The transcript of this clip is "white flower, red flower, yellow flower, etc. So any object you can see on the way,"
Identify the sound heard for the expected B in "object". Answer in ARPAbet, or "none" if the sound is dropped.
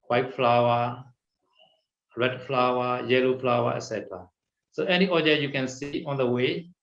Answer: none